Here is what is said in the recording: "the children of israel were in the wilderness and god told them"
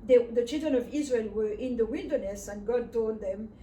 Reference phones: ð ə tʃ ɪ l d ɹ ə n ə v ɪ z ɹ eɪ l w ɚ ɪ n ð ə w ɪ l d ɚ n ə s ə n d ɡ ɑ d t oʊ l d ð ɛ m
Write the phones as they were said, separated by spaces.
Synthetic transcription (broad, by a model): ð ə tʃ ɪ l d ɹ ə n ə v ɪ z ɹ eɪ l w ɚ ɪ n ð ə w ɪ l d ɚ n ə s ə n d ɡ ɑ d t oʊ d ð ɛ m